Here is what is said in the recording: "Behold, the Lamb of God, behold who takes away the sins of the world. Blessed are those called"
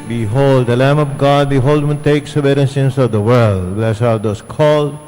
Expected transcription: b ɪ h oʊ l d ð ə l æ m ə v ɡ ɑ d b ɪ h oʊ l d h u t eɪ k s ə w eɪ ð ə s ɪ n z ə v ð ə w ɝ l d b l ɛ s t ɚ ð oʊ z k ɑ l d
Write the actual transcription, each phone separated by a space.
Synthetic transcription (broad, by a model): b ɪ h oʊ l d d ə l æ m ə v ɡ ɑ d b ɪ h oʊ l d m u t eɪ k s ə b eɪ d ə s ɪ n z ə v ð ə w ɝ l d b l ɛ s ɚ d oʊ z k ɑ l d